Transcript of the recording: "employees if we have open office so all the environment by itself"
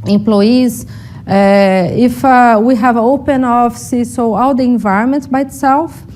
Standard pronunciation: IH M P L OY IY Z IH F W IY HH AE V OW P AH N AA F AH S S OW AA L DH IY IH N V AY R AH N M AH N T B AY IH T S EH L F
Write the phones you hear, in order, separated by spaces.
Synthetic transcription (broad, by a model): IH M P L OY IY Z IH F W IY HH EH V OW P AH N AA F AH S S OW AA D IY IH N V AY R AH N M AH N T B AY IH T S EH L F